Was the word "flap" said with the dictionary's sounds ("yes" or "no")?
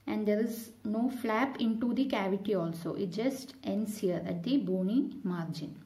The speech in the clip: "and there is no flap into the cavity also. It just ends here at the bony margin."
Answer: yes